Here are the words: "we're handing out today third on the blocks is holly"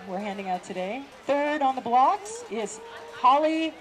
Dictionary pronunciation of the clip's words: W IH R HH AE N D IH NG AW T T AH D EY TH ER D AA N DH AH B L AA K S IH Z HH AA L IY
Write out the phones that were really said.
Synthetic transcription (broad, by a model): W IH R HH AE N D IH NG AW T T AH D EY TH ER D N DH AH B L AA K S IH Z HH AA L IY